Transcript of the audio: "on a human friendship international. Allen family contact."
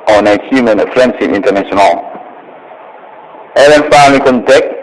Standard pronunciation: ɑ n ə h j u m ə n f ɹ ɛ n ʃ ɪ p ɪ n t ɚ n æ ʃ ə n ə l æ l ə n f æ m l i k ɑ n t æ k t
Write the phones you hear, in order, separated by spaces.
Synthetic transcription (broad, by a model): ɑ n ə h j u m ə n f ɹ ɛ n s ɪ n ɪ n t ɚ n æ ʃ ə n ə l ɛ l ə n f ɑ l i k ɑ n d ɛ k